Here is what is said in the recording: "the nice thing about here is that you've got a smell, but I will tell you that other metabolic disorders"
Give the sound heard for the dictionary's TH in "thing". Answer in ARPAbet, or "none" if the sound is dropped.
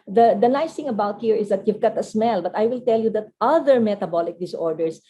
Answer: T